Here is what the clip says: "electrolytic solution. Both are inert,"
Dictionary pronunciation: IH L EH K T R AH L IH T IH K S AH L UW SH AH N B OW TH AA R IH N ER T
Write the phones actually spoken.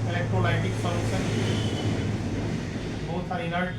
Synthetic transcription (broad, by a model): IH L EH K T R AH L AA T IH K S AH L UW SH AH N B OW S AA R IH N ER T